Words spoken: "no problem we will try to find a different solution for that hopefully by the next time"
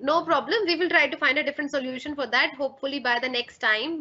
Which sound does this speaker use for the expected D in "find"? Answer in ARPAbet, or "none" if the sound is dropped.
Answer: D